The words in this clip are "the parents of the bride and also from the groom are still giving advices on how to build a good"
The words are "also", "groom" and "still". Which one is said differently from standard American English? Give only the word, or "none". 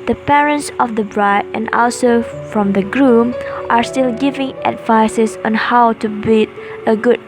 none